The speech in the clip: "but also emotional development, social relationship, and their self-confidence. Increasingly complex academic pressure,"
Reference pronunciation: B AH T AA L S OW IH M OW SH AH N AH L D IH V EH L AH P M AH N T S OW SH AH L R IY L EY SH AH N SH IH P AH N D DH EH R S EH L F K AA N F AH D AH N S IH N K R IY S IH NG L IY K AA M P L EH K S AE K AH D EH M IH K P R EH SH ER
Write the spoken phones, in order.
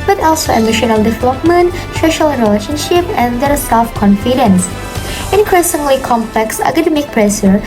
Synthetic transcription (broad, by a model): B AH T AA L S OW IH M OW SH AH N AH L D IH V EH L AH P M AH N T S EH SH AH L R IY L EY SH AH N SH IH P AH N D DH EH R S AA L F K AA N F AH D AH N S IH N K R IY S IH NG L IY K AA M P L EH K S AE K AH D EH M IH K P R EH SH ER